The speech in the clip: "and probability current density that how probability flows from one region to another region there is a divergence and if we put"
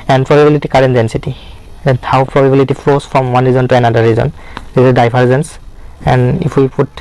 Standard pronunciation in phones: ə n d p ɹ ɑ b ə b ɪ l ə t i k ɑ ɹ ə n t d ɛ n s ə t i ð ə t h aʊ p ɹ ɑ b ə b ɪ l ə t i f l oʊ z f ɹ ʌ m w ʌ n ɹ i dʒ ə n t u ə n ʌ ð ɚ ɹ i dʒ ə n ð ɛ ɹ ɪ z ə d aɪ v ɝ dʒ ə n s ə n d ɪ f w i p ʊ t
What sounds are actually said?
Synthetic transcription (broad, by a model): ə n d p ɹ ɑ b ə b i l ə t i k ɑ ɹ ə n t d ɛ n s ə t i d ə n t aʊ p ɹ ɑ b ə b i l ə t i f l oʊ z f ɹ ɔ m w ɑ n ɹ i z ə n t u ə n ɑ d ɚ ɹ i z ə n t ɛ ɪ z ə d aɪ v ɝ z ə n s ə n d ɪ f w i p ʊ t